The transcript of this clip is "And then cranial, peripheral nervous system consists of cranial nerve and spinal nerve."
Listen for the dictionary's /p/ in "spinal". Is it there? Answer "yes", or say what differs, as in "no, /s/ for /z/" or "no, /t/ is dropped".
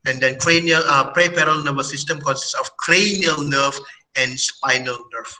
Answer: yes